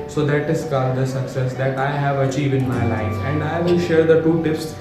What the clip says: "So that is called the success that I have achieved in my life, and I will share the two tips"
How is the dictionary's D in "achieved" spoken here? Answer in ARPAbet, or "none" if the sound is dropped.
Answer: none